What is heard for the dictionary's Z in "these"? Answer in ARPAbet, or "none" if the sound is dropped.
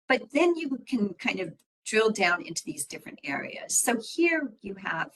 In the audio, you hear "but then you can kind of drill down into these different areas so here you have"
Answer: Z